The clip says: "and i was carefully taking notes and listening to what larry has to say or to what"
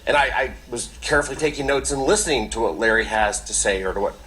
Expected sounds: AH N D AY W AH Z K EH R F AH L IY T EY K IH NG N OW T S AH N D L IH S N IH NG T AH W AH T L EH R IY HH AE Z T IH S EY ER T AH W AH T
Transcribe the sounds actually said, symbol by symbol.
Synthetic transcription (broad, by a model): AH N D AY W AH Z K EH R F L IY T EY K IH NG N OW T S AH N L IH S N IH NG T AH W AH T L EH R IY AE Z T IH S EY ER T AH W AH T